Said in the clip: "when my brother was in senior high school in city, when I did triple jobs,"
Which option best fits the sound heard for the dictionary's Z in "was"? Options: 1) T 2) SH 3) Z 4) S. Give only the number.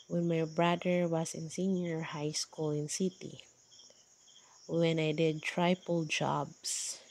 4